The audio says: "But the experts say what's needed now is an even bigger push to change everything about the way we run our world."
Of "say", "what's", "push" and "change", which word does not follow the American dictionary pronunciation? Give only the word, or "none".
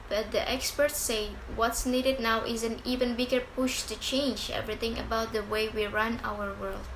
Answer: none